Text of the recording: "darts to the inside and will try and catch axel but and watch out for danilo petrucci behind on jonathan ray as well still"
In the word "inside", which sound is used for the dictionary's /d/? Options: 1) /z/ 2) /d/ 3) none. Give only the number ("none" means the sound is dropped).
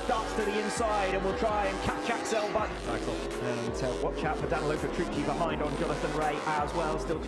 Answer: 2